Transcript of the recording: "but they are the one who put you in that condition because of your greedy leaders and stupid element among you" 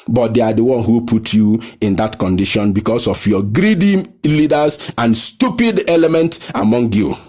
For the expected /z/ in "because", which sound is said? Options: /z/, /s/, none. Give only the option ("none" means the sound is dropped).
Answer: /s/